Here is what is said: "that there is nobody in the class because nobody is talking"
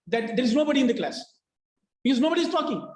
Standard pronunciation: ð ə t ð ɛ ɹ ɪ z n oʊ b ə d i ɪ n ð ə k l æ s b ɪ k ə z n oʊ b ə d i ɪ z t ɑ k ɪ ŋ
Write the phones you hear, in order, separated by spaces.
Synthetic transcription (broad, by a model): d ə t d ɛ ɹ ɪ z n oʊ b ə d i ɪ n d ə k l æ s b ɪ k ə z n oʊ b ə d i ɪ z t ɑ k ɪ ŋ